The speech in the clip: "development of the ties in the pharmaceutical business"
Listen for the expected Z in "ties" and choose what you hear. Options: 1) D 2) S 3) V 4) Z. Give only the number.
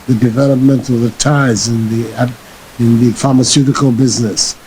4